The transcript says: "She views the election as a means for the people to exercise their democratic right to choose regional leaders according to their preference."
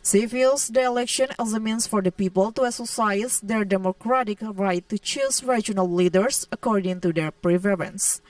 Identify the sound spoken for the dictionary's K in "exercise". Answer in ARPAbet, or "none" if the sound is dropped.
none